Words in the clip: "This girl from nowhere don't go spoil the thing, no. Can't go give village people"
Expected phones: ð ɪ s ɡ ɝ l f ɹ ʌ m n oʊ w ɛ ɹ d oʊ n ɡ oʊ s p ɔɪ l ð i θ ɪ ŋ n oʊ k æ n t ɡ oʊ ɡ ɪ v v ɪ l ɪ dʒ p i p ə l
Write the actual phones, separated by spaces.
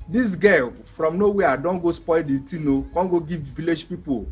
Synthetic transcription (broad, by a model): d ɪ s ɡ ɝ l f ɹ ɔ m n oʊ w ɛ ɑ d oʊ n ɡ oʊ s p ɔɪ l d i t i n oʊ k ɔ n ɡ oʊ ɡ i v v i l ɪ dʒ p i p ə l